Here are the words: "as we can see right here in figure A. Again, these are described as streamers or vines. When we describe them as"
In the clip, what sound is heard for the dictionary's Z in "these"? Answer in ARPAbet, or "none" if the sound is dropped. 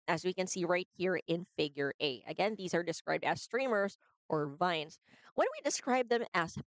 Z